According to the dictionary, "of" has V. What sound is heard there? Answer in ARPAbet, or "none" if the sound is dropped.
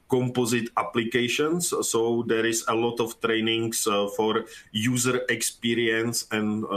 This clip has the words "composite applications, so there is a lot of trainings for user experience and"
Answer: F